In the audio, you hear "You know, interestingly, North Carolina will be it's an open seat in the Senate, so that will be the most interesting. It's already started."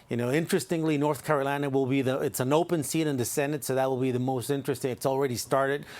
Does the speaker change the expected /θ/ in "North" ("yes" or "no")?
no